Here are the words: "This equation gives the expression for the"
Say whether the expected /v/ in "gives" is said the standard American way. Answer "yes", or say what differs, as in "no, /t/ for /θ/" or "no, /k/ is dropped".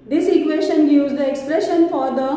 no, /v/ is dropped